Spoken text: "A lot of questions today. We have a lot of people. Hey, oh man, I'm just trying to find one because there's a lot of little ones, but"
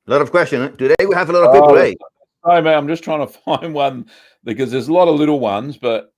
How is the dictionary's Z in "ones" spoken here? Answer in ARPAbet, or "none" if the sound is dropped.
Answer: Z